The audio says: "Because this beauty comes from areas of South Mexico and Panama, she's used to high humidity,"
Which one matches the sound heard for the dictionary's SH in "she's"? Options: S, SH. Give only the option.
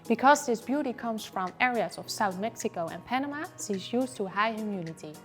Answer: S